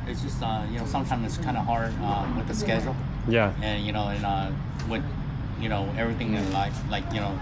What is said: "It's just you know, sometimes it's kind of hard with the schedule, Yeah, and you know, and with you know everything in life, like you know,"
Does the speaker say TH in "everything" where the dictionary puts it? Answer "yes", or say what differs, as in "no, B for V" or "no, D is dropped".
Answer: yes